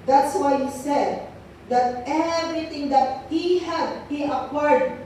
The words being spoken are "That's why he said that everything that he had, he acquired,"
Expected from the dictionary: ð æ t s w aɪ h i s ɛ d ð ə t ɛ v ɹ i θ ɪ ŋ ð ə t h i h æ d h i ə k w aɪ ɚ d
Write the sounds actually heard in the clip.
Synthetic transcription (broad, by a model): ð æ t s w aɪ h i s ɛ d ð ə t ɛ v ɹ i t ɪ ŋ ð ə t h i h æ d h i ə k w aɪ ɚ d